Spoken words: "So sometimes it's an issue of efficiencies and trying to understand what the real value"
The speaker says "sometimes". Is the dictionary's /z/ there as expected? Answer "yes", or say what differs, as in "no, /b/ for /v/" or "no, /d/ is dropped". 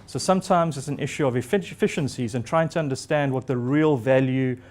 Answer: yes